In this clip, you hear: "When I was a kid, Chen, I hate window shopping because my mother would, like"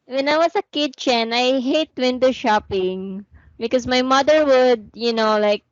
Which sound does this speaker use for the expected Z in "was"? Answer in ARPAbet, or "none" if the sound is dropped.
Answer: S